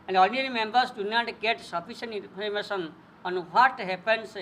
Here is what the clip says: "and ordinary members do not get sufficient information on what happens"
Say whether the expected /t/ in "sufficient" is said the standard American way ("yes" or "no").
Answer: no